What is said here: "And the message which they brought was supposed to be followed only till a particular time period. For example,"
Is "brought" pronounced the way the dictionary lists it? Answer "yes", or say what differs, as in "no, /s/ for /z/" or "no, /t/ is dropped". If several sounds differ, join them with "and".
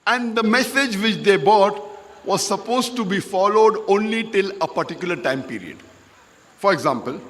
no, /ɹ/ is dropped